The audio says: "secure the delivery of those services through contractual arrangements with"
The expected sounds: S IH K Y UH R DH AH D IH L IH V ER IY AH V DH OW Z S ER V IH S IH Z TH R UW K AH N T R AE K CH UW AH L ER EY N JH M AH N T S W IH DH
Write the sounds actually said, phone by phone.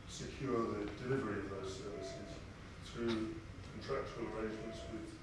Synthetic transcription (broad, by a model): S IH K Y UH DH AH D IH L IH V ER IY AH V DH OW Z S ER V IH S IH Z TH R UW K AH N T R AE K CH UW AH L ER EY N JH M AH N T S W IH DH